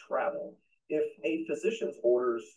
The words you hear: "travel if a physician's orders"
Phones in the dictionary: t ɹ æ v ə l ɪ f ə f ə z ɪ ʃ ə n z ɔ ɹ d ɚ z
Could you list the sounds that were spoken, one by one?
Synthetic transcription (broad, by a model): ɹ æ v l ɪ f ə f ə z ɪ ʃ ə n z ɔ ɹ d ɚ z